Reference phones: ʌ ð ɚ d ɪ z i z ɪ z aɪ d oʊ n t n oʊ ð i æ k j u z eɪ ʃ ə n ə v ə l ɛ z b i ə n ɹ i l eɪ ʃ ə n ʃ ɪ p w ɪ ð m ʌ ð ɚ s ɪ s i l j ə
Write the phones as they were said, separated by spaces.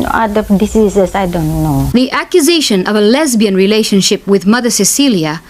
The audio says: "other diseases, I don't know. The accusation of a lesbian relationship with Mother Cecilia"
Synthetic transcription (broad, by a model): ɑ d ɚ d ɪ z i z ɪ s aɪ d oʊ n t n oʊ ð i æ k j u z eɪ ʃ ə n ə v ə l ɛ z b i ə n ɹ i l eɪ ʃ ə n ʃ ɪ p w ɪ ð m ʌ ð ɚ s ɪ s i l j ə